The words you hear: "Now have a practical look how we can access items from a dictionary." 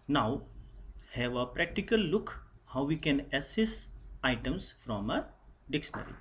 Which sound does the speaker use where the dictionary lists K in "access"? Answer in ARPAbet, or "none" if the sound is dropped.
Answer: none